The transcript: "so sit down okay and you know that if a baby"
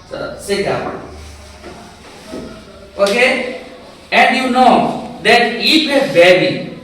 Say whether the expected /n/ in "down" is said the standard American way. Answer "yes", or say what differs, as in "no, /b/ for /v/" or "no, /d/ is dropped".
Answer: no, /n/ is dropped